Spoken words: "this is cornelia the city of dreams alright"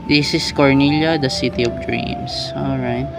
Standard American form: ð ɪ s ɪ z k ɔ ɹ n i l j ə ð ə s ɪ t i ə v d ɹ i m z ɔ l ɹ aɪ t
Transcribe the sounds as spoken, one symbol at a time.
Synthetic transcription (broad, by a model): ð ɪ s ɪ s k ɔ ɹ n i l j ə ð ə s ɪ t i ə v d ɹ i m s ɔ l ɹ aɪ t